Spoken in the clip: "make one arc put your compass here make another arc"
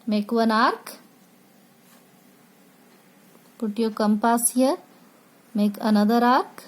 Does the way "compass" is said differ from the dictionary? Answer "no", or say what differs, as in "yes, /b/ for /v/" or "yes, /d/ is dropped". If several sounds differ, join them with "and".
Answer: no